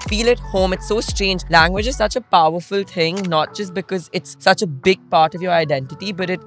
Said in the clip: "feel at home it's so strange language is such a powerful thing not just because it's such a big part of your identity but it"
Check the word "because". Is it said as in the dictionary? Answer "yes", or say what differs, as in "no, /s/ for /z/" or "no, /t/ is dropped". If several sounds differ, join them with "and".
yes